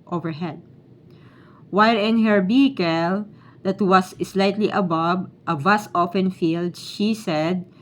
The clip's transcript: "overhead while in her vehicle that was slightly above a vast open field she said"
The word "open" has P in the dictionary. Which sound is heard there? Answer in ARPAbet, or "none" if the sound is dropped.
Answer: F